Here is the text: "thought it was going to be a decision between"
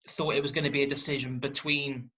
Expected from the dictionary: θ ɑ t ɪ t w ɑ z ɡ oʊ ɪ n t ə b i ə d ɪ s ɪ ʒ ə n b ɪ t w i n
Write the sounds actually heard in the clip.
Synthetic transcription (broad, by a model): θ ɑ t ɪ t w ɑ z ɡ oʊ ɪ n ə b i ə d ɪ s ɪ ʒ ə n b ɪ t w i n